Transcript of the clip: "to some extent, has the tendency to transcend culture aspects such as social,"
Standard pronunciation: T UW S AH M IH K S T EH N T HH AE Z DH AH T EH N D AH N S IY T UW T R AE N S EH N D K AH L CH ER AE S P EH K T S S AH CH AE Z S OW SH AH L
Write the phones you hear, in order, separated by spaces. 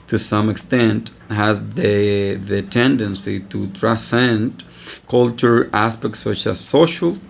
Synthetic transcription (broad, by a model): T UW S AH M IH K S T EH N T HH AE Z DH AH T EH N D AH N S IY T UW T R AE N S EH N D K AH L CH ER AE S P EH K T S S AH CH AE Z S OW SH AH L